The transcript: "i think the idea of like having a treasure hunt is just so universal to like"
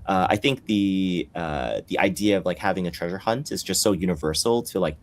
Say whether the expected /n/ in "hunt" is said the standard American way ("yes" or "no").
yes